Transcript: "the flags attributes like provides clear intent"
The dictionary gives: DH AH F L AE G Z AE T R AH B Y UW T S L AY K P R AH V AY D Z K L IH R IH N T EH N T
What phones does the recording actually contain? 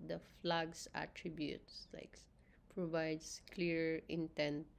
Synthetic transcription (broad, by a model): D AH F L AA G S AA T R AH B Y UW T S L AY K P R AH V AY D S K L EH R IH N T EH N T